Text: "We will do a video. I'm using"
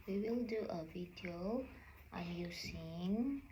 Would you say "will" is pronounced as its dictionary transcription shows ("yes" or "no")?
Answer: yes